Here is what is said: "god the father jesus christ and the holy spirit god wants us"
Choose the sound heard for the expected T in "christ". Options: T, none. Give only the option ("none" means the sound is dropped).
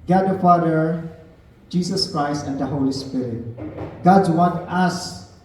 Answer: T